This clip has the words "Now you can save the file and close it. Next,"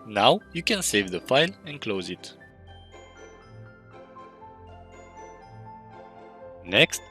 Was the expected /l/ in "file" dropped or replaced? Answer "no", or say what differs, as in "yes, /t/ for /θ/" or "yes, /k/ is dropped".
no